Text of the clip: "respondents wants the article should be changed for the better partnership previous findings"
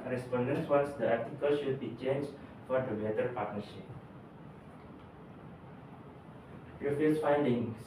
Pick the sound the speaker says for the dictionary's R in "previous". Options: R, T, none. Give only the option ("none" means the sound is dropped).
none